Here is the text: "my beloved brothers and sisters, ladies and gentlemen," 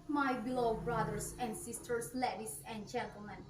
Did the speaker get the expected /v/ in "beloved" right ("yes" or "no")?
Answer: no